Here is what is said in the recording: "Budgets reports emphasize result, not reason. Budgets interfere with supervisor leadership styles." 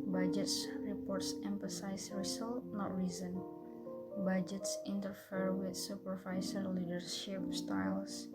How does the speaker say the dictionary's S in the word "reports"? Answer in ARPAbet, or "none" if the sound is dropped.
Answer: S